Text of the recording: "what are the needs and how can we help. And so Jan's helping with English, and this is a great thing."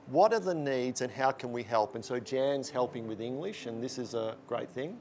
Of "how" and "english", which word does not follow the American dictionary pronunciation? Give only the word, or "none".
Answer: none